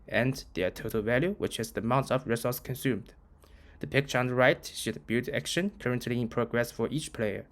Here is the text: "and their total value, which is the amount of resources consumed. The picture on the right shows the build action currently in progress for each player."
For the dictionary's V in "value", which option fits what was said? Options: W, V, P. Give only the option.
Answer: V